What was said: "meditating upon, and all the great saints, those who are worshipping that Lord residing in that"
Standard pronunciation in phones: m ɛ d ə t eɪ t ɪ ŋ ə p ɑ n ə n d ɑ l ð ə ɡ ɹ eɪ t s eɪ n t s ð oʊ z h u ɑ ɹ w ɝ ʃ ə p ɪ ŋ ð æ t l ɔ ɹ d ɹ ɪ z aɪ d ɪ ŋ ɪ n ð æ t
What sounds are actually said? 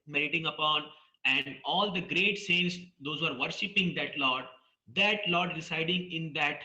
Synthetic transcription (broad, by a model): m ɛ d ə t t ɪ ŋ ə p ɑ n ə n d ɑ l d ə ɡ ɹ eɪ t s eɪ n t s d oʊ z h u ɑ ɹ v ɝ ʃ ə p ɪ ŋ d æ t l ɔ ɹ d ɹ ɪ s aɪ d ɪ ŋ ɪ n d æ t